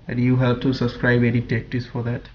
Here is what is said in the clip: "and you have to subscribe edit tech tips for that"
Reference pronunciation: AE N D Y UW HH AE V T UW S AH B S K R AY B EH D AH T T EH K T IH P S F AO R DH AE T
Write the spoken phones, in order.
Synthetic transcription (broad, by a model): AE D Y UW HH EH P T UW S AH B S K R AY B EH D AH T T EH K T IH S F AO R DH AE T